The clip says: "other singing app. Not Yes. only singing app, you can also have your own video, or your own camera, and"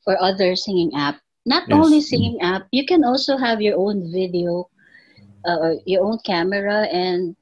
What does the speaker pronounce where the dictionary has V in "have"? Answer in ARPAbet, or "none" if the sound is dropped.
V